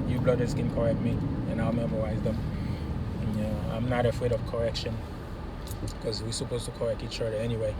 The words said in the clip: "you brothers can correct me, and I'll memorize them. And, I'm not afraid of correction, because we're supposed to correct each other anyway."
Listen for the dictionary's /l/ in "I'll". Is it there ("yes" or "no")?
yes